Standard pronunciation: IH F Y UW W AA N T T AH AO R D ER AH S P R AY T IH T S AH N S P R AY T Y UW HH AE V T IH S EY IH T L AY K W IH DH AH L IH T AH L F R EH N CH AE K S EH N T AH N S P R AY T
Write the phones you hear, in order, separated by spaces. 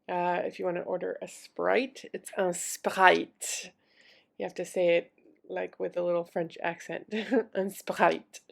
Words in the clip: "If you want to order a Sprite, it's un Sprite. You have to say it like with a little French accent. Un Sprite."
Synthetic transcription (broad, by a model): IH F Y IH W AA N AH T AO R D ER AH S P R AY T IH T S AH N S P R AY T Y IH HH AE F T IH S EY IH T L AY K W IH DH AH L IH T L F R EH N CH AE K S EH N T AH N S P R AY T